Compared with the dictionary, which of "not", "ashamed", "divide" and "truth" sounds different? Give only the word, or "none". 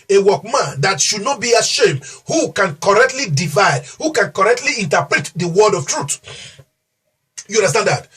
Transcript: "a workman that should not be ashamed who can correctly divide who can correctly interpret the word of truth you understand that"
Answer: truth